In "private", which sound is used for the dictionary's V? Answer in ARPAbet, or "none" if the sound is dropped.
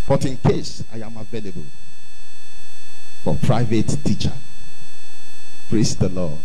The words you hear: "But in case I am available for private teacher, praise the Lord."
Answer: V